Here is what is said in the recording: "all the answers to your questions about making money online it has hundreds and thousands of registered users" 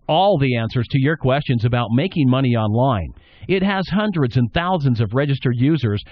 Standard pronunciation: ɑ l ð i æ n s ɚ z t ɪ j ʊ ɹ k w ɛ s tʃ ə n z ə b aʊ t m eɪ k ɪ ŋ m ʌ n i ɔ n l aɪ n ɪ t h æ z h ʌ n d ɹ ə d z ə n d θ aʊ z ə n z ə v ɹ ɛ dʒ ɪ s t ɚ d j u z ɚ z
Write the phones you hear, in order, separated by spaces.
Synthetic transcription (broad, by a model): ɑ l ð i æ n s ɚ z t ɪ j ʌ ɹ k w ɛ s tʃ ə n z ə b aʊ t m eɪ k ɪ ŋ m ʌ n i ɔ n l aɪ n ɪ t h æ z h ʌ n d ɹ ə d z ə n θ aʊ z ə n z ə v ɹ ɛ dʒ ɪ s t ɚ d j u z ɚ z